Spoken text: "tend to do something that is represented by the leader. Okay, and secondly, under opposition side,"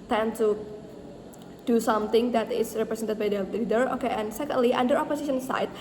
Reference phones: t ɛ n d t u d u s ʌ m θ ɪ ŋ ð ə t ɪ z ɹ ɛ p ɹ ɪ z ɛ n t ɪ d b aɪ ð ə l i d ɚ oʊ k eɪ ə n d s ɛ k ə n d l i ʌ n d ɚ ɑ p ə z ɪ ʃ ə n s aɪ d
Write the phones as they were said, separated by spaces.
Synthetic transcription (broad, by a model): t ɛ n t u d u s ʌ m t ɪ ŋ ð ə t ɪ s ɹ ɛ p ɹ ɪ s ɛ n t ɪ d b aɪ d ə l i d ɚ oʊ k eɪ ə n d s ɛ k ə n d l i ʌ n d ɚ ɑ p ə s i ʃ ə n s aɪ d